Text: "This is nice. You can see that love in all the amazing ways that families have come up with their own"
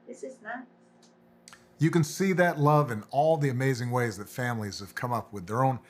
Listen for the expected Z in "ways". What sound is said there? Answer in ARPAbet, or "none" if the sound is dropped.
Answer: Z